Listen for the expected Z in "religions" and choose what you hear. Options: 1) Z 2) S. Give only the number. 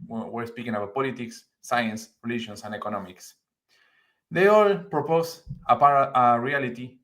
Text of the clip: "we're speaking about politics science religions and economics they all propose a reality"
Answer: 2